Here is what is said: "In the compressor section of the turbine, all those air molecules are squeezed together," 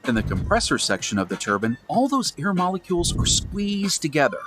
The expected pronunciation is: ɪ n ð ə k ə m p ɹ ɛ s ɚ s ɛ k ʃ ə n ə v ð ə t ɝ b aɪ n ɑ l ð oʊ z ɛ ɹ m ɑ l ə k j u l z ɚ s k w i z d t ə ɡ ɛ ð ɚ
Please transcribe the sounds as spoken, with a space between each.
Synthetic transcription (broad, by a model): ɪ n ð ə k ə m p ɹ ɛ s ɚ s ɛ k ʃ ə n ə v ð ə t ɝ b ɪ n ɑ l ð oʊ z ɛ ɹ m ɑ l ə k j u l z ɚ s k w i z t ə ɡ ɛ ð ɚ